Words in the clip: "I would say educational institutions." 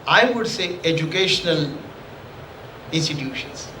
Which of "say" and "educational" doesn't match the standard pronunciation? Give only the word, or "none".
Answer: none